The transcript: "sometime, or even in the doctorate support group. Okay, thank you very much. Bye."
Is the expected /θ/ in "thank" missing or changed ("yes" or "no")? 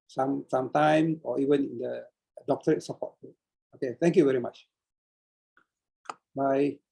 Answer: yes